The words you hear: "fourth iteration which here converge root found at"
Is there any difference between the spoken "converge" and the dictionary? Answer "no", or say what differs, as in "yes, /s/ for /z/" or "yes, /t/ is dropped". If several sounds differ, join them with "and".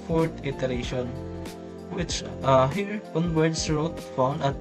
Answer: yes, /b/ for /v/